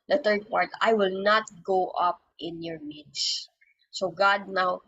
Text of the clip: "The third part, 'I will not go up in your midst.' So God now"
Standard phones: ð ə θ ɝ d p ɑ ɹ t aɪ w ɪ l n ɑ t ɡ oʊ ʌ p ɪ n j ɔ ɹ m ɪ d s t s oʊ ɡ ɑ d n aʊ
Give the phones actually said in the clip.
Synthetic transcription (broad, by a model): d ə t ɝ d p ɑ ɹ t aɪ w ɪ l n ɑ t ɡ oʊ ʌ p ɪ n j ɔ ɹ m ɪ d s s oʊ ɡ ɑ d n aʊ